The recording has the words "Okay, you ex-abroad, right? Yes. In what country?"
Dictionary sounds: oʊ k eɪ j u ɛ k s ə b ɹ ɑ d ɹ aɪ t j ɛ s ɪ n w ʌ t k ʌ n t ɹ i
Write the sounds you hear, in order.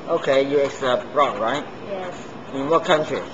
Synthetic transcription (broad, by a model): oʊ k eɪ j u ɛ k s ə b ɹ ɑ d ɹ aɪ t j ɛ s ɪ n w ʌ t k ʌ n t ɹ i